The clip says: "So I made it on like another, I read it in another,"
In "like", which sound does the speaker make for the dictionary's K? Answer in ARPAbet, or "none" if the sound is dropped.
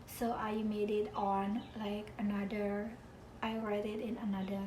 K